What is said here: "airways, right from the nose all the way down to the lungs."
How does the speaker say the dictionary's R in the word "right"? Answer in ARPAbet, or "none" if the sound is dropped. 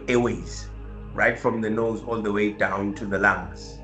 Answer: R